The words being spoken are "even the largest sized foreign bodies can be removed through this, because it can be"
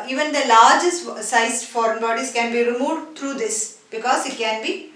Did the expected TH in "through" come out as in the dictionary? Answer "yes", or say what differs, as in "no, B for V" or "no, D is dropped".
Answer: no, T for TH